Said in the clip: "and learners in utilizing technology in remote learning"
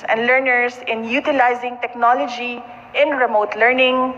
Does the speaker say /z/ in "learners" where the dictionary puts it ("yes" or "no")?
no